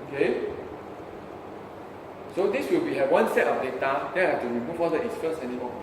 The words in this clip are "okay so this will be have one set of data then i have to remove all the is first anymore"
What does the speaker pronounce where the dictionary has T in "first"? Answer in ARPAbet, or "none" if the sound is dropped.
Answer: none